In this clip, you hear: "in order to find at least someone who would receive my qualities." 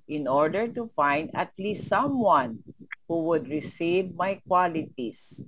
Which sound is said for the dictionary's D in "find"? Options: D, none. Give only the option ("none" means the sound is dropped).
D